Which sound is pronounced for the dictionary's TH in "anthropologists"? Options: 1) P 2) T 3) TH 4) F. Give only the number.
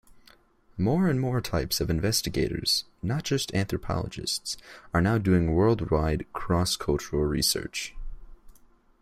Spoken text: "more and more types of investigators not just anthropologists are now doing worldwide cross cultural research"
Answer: 3